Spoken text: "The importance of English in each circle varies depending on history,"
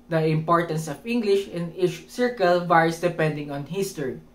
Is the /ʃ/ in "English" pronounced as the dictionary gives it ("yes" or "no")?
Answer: yes